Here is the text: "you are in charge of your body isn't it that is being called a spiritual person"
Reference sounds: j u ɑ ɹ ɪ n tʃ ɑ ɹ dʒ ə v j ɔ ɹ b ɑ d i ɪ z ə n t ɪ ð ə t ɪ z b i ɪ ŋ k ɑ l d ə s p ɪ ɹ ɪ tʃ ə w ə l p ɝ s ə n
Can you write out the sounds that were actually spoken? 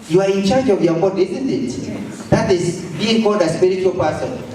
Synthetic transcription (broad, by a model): j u ɑ ɹ ɪ n tʃ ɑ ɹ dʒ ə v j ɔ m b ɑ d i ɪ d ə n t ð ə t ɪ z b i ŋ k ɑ d ə s p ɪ ɹ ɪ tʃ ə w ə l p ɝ s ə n